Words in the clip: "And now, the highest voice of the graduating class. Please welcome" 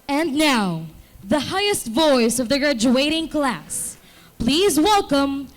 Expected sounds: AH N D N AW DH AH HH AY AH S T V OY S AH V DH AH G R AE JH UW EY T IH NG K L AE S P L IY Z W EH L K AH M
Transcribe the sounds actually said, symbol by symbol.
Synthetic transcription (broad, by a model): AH N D N AW DH AH HH AY AH S T V OY S AH V DH AH G R AE JH UW EY T IH NG K L AE S P L IY Z W EH L K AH M